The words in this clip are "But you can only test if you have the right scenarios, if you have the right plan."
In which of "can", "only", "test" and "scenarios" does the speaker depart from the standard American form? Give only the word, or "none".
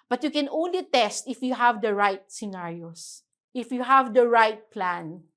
scenarios